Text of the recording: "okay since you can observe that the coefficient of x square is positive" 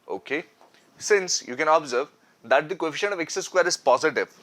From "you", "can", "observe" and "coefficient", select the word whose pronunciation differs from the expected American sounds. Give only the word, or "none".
coefficient